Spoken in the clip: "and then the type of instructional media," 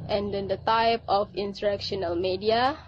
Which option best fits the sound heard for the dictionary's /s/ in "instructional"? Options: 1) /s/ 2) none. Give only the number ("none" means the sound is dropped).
2